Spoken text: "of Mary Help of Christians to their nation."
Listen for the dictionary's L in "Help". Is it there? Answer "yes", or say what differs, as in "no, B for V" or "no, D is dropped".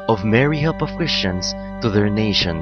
no, L is dropped